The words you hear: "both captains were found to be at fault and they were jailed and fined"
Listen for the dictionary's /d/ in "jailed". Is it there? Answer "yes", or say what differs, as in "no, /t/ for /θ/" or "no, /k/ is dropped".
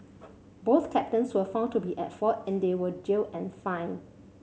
no, /d/ is dropped